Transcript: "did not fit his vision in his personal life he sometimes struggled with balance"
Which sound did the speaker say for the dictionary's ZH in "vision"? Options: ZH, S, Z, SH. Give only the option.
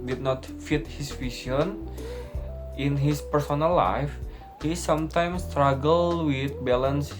S